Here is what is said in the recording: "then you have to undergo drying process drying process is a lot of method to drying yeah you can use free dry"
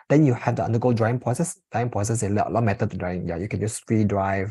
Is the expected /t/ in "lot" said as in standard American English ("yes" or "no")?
no